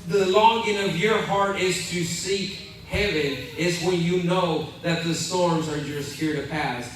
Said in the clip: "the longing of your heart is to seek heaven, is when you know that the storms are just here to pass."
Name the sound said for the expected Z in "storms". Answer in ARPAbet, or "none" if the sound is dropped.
Z